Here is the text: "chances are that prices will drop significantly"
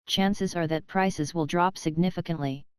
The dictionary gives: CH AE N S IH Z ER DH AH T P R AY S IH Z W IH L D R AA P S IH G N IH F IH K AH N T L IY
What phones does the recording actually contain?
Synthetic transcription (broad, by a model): CH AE N S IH Z ER DH AH T P R AY S IH Z W IH L D R AA P S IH G N IH F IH K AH N T L IY